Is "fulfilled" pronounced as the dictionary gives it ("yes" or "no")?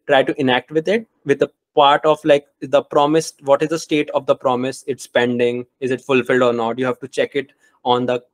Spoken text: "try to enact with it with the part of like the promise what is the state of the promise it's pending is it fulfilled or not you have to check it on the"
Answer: yes